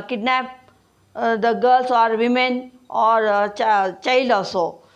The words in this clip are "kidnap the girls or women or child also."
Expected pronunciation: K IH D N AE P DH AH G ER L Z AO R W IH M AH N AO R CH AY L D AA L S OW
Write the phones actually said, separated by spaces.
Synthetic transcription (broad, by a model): K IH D N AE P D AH G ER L S AO R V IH M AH N AO R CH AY L AA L S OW